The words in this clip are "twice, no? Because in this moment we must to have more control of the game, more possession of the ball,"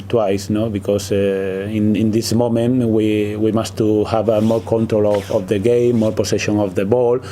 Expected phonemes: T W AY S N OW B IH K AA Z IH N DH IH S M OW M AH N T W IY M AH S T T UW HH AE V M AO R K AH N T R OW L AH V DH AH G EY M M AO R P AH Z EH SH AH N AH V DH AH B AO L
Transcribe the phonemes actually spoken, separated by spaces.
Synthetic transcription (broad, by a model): T W AY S N OW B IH K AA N IH N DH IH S M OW M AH N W W IY M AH S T T UW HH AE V M AO R K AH N T R OW L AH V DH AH G EY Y M AO R P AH S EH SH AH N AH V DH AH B AO L